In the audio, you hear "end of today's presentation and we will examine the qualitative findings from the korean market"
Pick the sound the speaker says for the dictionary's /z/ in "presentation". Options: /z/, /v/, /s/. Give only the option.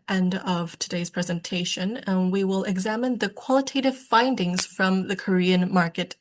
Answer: /z/